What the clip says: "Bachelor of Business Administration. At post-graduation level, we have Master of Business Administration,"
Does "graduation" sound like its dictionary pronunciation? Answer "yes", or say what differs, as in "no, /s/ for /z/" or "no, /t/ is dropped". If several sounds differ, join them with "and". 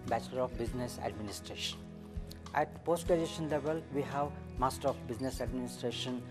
no, /ɹ/ is dropped